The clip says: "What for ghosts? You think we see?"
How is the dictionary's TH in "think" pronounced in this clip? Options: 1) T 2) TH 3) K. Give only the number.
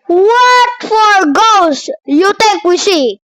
1